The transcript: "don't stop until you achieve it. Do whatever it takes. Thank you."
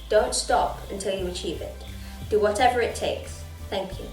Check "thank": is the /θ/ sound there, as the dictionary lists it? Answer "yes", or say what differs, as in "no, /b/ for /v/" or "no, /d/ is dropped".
yes